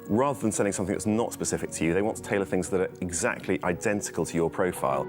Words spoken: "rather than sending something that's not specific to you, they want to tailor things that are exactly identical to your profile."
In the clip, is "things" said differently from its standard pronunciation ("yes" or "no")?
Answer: no